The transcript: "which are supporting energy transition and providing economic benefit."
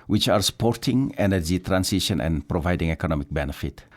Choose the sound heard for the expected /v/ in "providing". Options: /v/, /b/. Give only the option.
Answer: /v/